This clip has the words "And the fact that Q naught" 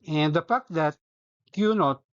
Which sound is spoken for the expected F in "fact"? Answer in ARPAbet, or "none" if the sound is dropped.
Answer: P